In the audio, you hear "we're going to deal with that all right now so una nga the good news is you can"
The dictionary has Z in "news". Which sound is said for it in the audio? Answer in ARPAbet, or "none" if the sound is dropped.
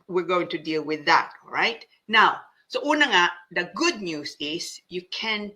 S